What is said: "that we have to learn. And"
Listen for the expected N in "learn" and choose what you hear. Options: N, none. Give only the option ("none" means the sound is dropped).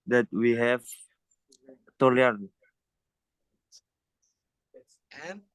none